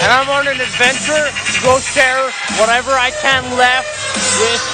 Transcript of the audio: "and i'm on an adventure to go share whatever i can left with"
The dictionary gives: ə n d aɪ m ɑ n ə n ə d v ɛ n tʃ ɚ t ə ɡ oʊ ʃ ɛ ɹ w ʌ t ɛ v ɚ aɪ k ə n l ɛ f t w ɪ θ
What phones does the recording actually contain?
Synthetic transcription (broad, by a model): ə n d aɪ m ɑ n ə n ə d v ɛ n tʃ ɚ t ɡ oʊ s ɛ ɹ w ʌ t ɛ v ɚ aɪ k ə n l ɛ f t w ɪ